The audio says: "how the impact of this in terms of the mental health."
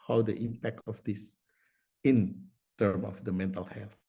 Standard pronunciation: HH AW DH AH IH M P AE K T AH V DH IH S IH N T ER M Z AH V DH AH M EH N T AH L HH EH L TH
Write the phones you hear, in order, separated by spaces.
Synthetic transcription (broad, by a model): HH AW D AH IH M P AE K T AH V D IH S IH N T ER M AH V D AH M EH N T AH L HH EH L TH